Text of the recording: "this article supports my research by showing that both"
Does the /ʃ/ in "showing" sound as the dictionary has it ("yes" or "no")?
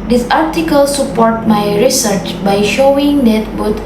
yes